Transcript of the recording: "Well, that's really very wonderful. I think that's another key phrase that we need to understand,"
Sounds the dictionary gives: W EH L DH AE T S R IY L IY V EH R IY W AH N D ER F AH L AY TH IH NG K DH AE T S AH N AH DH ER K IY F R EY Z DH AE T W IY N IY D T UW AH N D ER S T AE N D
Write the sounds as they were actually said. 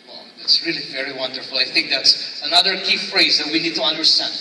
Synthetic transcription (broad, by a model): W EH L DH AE T S R IY L IY V EH R IY W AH N D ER F L AY TH IH NG K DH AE T S AH N AH DH ER K IY F R EY Z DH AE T W IY N IY D T UW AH N D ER S T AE N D